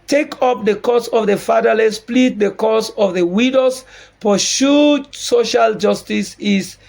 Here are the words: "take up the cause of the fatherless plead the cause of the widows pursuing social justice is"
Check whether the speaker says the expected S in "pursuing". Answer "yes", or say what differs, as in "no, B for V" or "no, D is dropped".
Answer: no, SH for S